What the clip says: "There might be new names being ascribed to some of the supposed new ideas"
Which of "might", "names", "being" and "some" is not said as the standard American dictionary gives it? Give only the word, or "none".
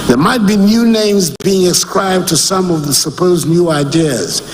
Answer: none